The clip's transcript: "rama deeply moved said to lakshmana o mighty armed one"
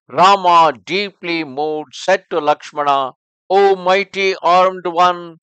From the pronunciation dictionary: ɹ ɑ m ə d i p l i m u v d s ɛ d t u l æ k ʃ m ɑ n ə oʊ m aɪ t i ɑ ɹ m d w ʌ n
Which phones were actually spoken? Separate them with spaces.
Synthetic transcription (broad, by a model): ɹ ɑ m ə d i p l i m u d s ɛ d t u l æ k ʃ m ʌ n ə oʊ m aɪ t i ɑ ɹ m d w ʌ n